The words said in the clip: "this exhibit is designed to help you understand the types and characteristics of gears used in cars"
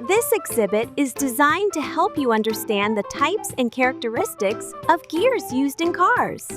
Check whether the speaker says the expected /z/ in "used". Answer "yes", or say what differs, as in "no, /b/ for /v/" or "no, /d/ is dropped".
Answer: yes